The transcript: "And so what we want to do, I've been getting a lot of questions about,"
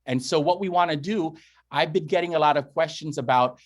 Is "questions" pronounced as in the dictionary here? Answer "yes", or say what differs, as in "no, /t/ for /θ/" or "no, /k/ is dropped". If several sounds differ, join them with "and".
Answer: yes